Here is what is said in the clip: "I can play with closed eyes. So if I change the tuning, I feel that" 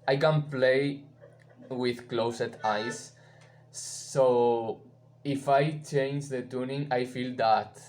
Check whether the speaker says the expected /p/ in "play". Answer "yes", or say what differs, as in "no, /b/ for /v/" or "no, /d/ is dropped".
yes